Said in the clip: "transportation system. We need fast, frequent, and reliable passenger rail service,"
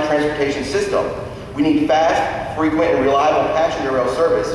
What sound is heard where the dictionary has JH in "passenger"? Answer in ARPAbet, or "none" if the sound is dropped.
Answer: none